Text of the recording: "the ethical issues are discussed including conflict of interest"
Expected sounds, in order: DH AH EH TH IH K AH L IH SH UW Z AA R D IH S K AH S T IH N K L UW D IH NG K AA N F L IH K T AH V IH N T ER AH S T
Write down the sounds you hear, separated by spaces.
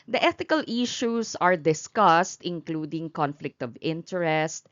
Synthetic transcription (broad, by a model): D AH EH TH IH K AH L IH SH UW S AA R D IH S K AH S T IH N K L UW D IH NG K AA N F L IH K T AH V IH N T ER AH S T